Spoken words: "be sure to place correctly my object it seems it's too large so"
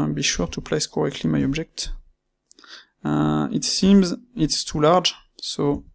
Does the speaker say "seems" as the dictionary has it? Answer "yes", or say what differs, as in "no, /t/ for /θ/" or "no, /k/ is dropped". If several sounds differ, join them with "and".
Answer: yes